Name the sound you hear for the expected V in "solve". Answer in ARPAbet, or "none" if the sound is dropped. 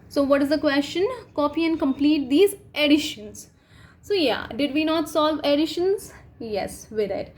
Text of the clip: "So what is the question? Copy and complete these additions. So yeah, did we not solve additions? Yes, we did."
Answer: V